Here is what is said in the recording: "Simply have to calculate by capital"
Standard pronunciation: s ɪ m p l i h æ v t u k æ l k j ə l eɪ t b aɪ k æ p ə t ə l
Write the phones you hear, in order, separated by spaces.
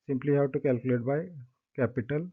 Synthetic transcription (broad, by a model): s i m p l i h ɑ w t u k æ l k j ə l eɪ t b aɪ k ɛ p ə t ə l